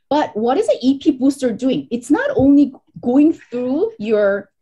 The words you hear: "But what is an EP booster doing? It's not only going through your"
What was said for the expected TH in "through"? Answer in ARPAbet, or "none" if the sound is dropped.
TH